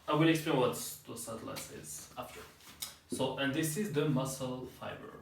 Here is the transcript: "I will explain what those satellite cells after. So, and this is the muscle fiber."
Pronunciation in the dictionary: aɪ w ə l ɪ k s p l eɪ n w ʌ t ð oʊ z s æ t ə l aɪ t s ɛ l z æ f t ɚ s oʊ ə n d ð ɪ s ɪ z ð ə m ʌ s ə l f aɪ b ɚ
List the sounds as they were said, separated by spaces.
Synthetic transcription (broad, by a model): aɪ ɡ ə n ɪ k s p l eɪ n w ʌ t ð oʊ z s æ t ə l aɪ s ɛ z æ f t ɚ s oʊ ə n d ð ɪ s ɪ z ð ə m ʌ s ə l f aɪ b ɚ